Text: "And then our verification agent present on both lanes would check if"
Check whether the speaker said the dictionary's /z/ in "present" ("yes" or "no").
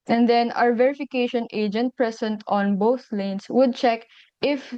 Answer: no